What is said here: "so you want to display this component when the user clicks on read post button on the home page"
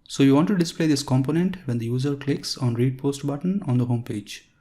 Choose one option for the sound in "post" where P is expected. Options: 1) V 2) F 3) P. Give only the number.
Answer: 3